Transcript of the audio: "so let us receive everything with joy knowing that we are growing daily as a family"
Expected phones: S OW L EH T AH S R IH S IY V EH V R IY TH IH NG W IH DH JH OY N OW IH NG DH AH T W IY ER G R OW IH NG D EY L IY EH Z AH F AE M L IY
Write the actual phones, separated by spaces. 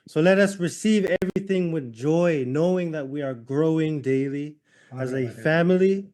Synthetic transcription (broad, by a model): S OW L EH T AH S R IH S IY V EH V R IY TH IH NG W IH DH JH OY N OW IH NG DH AH T W IY ER G R OW IH NG D EY L IY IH Z AH F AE M L IY